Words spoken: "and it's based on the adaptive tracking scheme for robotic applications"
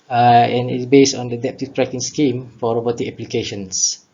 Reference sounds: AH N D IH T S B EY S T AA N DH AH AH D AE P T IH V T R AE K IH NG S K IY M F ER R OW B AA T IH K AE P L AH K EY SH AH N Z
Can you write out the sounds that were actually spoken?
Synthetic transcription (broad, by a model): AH N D IH T S B EY S T AA N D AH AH D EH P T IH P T R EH K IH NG S K IY M F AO R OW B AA T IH EH P L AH K EY SH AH N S